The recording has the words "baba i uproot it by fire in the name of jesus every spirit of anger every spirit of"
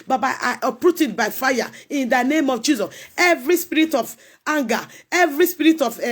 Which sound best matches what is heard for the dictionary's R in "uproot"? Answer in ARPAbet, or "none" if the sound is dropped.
R